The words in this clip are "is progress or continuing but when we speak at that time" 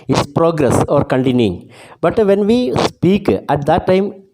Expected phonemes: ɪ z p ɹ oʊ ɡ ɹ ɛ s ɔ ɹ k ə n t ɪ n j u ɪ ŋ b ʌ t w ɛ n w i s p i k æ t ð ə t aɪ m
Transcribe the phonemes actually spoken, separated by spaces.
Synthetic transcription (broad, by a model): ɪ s p ɹ oʊ ɡ ɹ ɛ s ɔ ɹ k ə n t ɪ n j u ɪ ŋ b ʌ t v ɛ n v i s p i k æ t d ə t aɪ m